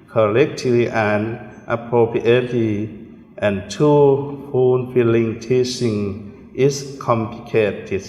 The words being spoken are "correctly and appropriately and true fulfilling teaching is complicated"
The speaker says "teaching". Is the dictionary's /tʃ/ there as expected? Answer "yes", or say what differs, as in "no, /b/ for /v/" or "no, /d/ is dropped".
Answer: no, /s/ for /tʃ/